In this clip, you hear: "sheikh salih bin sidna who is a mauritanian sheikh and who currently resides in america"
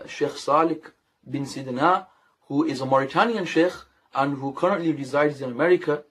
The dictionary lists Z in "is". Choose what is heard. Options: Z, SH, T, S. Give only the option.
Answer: Z